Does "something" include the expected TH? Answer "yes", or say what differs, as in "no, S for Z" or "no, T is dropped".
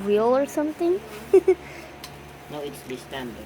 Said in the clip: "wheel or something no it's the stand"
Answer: no, T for TH